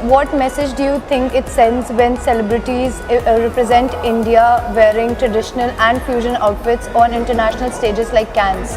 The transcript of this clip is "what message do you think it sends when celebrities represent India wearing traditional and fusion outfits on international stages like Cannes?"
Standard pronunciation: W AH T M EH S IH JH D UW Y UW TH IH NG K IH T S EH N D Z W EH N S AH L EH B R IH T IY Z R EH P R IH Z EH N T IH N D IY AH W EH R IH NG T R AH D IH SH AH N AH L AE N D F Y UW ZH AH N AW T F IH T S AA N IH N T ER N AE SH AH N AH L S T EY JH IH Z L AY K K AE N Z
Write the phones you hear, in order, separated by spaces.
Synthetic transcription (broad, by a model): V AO T M EH S IH JH D UW Y UW T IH NG K IH T S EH N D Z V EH N S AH L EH B R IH T IY Z R EH P R IH Z EH N T IH N D IY AH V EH R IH NG T R AH D IH SH AH N AH L AE N D F Y UW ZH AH N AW T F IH T S AA N IH N T ER N AE SH AH N AH L S T EY JH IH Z L AY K K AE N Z